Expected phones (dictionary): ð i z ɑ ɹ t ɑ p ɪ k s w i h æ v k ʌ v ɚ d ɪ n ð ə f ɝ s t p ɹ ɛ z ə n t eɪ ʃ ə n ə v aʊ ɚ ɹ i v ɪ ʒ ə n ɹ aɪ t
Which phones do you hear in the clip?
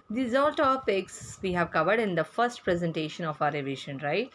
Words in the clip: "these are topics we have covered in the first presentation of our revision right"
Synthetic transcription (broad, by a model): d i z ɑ l t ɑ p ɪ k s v i h æ v k ʌ v ɚ d ɪ n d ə f ɝ s t p ɹ ɛ z ə n t eɪ ʃ ə n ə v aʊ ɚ ɹ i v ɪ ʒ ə n ɹ aɪ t